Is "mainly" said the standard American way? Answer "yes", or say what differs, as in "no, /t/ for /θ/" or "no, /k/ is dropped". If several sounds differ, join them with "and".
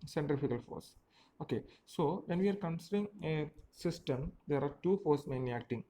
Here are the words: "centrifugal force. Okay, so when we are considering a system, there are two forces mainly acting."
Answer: no, /l/ is dropped